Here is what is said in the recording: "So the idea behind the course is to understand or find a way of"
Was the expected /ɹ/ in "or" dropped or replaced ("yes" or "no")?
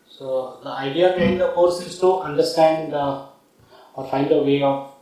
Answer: no